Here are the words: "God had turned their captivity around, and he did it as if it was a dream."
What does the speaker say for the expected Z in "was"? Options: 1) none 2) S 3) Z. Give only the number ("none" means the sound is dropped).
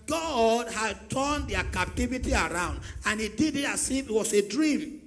2